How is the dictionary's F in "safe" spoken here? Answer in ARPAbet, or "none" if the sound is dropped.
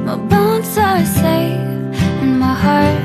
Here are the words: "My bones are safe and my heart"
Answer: none